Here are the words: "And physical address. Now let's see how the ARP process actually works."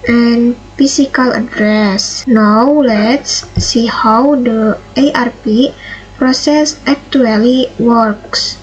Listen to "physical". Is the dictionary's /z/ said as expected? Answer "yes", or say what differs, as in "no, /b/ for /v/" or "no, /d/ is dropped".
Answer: no, /s/ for /z/